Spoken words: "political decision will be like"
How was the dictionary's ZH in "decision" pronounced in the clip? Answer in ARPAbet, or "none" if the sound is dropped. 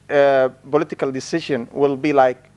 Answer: SH